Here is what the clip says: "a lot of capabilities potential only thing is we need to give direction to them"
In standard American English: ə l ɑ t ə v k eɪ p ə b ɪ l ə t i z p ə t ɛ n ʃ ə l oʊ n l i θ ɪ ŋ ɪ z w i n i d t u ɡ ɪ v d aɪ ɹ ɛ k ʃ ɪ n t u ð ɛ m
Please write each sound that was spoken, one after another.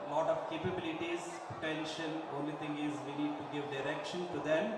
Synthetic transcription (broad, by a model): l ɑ t ə v k eɪ p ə b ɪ l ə t i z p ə t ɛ n ʃ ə n oʊ n l i t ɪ ŋ ɪ z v i n i d t u ɡ ɪ v d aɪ ɹ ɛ k ʃ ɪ n t u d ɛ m